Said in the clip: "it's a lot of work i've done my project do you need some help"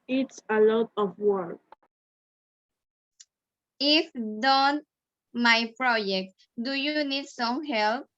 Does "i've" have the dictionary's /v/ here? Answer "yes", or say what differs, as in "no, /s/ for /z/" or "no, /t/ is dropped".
no, /f/ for /v/